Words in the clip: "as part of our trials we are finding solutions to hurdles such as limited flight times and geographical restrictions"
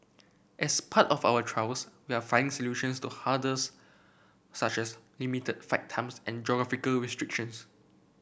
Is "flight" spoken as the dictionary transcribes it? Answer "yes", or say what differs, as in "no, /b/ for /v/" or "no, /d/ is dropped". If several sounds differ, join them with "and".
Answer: no, /l/ is dropped